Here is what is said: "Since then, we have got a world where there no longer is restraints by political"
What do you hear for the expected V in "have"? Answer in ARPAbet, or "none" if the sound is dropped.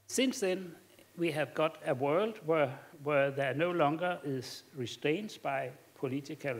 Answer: V